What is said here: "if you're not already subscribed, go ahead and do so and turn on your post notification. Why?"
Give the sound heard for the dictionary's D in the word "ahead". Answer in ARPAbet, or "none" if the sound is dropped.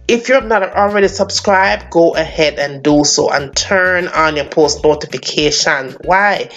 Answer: D